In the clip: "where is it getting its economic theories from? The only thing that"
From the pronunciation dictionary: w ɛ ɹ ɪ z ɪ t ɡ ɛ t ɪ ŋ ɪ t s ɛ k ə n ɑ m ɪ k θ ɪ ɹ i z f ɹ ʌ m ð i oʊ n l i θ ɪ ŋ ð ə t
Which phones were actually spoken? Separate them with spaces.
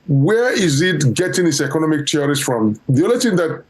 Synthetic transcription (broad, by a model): w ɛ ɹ ɪ z ɪ t ɡ ɛ t ɪ ŋ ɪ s ɛ k ə n ɑ m ɪ k t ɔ ɹ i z f ɹ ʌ m ð i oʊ l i t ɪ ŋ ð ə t